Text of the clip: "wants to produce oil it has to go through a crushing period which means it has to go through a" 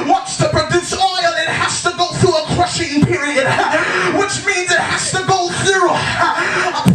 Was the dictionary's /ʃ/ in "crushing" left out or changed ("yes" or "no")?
no